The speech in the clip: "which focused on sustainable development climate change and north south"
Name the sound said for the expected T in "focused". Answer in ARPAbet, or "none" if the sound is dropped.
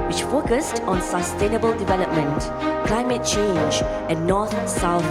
T